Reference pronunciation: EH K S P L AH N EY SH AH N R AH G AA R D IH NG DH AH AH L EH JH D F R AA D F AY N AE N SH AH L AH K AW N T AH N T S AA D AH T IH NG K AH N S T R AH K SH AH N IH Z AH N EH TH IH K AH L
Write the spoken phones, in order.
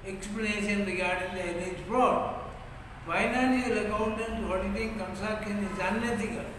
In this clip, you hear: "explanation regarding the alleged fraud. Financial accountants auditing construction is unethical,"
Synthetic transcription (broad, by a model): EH K S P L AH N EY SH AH N R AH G AA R D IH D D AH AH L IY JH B R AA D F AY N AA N AH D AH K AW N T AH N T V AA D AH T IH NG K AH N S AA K AH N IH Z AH N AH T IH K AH